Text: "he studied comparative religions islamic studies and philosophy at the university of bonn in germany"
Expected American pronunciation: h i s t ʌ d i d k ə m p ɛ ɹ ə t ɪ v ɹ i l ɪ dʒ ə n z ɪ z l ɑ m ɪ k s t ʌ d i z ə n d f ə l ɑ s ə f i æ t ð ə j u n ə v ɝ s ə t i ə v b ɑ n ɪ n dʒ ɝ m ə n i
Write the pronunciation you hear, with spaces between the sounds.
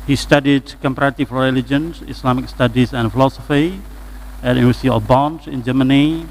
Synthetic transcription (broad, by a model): h i s t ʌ d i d k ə m p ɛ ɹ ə t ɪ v ɹ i l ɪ dʒ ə n s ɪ s l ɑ m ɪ k s t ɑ d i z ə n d f ə l ɑ s ə f i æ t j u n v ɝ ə s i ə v b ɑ n ɪ n dʒ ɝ m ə n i